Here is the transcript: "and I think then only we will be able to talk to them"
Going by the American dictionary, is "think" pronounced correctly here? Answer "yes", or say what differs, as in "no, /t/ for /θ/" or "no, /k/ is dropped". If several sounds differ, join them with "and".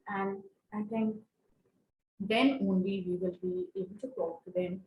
no, /t/ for /θ/